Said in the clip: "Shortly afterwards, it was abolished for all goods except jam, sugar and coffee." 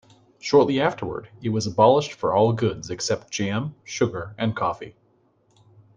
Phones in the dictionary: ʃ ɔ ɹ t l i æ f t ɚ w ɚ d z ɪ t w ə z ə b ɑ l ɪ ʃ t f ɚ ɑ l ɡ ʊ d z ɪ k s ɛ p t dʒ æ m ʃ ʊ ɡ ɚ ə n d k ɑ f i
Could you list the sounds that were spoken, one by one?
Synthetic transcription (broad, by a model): ʃ ɔ ɹ t l i æ f t ɚ w ɚ d ɪ t w ə z ə b ɑ l ɪ ʃ t f ɚ ɑ l ɡ ʊ d z ɪ k s ɛ p t dʒ æ m ʃ ʊ ɡ ɚ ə n k ɑ f i